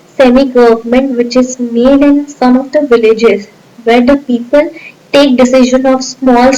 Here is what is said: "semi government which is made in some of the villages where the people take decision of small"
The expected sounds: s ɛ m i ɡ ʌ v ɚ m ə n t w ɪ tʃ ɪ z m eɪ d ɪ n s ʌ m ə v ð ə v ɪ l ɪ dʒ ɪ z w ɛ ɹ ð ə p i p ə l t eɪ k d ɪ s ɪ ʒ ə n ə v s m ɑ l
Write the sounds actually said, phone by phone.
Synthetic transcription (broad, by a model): s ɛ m i ɡ ʌ v ɚ m ə n t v ɪ tʃ ɪ z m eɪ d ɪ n s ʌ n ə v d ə v ɪ l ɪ dʒ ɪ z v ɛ ɹ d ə p i p ə l t eɪ k d ɪ s ɪ ʒ ə n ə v s m ɑ l